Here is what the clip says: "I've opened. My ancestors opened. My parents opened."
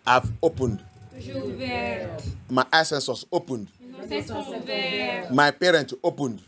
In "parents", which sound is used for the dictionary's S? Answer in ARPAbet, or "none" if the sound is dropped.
none